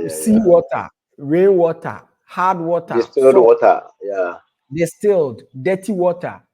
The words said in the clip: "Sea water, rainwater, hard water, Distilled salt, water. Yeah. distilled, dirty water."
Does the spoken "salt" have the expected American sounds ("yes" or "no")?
no